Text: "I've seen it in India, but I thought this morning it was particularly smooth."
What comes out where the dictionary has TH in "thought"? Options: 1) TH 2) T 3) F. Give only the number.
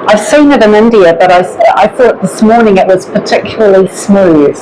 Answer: 1